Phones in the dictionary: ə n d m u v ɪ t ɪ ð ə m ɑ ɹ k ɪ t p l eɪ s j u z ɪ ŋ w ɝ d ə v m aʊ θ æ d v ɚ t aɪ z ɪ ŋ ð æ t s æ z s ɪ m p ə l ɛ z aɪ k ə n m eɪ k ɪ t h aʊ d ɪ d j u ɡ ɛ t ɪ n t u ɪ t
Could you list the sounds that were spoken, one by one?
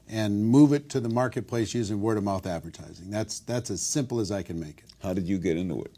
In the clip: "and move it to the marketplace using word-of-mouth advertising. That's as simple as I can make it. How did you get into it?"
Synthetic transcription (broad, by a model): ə n m u v ɪ t ɪ ð ə m ɑ ɹ k ɪ t p l eɪ s j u z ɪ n w ɝ d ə m aʊ θ æ d v ɚ t aɪ z ɪ ŋ ð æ t s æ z s ɪ m p l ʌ z aɪ k ə n m eɪ k ɪ t h aʊ d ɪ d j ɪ ɡ ɛ t ɪ n t u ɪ t